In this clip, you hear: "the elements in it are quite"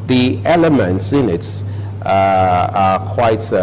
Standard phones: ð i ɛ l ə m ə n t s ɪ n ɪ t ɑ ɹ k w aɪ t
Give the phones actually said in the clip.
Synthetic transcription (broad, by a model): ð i ɛ l ə m ə n t s ɪ n ɪ t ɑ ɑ k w aɪ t